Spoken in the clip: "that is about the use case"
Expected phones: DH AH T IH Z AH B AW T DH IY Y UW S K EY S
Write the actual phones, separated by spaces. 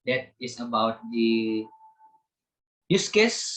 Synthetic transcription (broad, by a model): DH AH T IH S AH B AW T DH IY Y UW S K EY S